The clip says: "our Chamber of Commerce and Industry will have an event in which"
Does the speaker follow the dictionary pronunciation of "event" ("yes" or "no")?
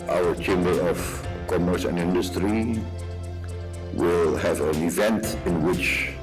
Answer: yes